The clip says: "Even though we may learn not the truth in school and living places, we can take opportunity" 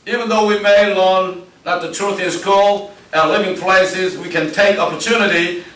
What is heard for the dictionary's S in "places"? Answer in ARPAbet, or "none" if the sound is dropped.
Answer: S